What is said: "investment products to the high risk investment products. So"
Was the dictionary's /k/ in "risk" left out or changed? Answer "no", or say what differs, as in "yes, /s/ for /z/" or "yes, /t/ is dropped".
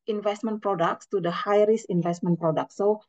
yes, /k/ is dropped